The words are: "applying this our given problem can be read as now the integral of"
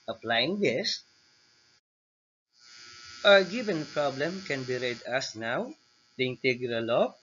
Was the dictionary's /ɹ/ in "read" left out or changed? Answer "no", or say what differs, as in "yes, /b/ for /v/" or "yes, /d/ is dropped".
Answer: no